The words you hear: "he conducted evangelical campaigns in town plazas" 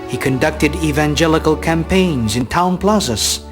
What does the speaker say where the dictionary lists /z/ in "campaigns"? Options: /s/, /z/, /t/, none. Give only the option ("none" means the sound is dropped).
/z/